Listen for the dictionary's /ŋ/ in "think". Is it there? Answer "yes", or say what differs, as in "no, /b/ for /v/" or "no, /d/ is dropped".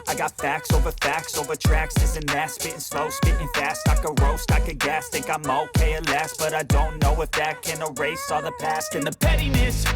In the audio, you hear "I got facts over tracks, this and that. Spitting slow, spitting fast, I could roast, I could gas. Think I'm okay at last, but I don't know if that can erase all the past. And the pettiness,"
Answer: no, /ŋ/ is dropped